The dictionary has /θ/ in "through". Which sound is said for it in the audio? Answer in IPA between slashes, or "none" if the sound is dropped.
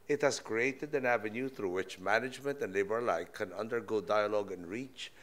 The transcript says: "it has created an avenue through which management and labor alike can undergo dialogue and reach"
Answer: /θ/